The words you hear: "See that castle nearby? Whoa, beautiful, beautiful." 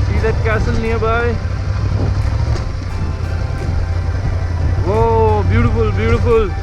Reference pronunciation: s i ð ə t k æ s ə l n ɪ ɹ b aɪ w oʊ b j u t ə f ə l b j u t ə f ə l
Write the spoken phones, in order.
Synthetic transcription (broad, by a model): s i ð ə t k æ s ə n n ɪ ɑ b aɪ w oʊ b j u t ə f ə l b j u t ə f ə l